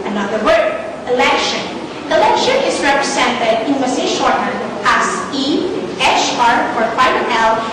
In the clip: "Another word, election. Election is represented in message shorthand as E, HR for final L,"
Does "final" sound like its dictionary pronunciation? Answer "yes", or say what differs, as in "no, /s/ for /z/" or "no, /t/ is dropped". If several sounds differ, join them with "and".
no, /n/ is dropped